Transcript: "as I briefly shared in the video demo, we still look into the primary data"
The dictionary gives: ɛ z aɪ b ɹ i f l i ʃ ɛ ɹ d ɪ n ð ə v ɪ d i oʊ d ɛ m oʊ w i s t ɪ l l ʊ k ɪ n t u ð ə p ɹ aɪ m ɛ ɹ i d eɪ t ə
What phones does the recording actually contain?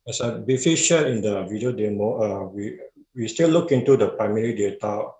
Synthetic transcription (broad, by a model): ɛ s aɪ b i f i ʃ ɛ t ɪ n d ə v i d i oʊ d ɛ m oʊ w i s t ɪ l l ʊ k ɪ n t u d ə p ɹ aɪ m ɛ ɹ i d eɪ t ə